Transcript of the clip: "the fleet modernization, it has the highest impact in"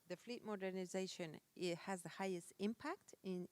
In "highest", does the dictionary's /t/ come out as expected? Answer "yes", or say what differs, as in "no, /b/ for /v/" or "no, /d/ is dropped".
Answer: yes